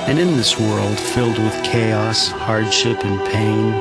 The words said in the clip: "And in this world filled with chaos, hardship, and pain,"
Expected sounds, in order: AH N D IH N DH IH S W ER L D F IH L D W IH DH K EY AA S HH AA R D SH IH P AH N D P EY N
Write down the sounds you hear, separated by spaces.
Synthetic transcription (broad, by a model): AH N IH N DH IH S W ER L D F IH L D W IH DH K EY AA S HH AA R D SH IH P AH N P EY N